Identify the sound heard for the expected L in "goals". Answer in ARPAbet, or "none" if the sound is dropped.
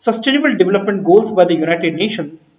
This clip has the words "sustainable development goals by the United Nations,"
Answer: none